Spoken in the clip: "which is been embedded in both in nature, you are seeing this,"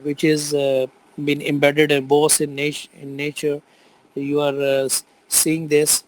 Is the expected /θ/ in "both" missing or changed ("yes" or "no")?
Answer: yes